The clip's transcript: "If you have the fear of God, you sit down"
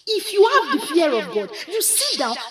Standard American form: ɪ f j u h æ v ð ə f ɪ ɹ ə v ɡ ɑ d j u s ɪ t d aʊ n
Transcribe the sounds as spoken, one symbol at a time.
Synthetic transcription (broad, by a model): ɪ f j u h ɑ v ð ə p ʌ ɹ ə v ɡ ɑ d j u s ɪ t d aʊ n